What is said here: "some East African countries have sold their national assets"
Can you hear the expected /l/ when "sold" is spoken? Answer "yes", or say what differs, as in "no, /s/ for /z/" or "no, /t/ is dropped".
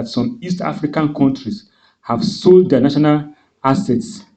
yes